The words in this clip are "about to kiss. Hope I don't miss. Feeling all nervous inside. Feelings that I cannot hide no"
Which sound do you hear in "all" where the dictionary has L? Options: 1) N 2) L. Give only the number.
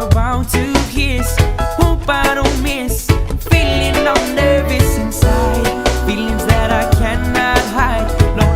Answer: 1